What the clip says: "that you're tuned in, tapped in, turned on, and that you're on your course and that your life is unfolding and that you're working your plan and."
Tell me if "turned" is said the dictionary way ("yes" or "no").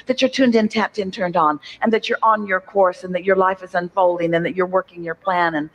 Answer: yes